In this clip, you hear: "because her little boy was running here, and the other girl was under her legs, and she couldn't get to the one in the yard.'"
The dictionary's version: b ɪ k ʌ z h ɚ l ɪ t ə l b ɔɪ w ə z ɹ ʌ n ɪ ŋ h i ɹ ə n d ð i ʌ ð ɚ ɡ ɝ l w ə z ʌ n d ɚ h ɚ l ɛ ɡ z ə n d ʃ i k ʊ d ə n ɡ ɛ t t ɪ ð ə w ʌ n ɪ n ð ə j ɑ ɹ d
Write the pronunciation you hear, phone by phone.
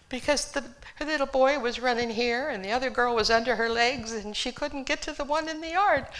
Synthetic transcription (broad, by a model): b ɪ k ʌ z h ɚ l ɪ t l b ɔɪ w ə z ɹ ʌ n ɪ ŋ h i ɹ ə n ð i ʌ ð ɚ ɡ ɝ l w ə z ʌ n d ɚ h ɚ l ɛ ɡ z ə n ʃ i k ʊ d n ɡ ɛ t t ɪ ð ə w ʌ n ɪ n ð ə j ɑ ɹ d